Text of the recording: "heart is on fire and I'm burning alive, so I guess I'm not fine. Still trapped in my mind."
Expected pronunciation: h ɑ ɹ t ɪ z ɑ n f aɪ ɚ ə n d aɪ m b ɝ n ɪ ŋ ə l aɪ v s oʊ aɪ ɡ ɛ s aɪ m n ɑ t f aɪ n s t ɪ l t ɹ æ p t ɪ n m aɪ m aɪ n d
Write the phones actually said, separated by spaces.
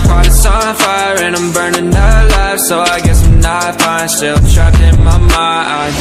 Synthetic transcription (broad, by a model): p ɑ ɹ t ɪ s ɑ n f aɪ ɚ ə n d aɪ m b ɝ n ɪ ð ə l aɪ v s oʊ aɪ ɡ ɛ s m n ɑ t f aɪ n s t ɪ l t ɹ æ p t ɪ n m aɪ m aɪ